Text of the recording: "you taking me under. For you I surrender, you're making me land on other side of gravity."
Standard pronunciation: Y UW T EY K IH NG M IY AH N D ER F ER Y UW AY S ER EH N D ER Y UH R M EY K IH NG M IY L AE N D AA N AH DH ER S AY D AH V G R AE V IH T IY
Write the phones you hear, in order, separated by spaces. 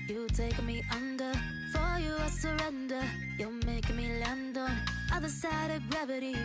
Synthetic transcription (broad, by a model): Y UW T EY IH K M IY AH N D ER F ER Y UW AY S ER EH N D ER Y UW L M EY IH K M IY L AE N D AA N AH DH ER S AY D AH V G R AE V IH T IY